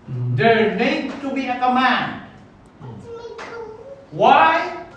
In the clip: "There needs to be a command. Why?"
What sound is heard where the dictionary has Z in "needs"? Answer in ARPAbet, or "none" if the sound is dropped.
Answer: none